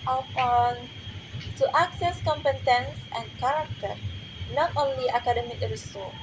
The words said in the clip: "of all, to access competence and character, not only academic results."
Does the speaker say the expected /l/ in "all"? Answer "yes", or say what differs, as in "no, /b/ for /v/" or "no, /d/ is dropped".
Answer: no, /n/ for /l/